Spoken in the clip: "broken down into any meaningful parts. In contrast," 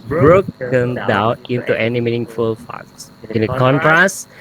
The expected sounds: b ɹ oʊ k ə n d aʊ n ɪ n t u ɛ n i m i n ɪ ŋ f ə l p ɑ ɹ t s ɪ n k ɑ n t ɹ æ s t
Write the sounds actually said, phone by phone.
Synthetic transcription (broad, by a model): b ɹ oʊ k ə n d aʊ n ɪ n t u ɛ n i m i n ɪ ŋ f ə l f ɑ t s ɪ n k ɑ n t ɹ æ s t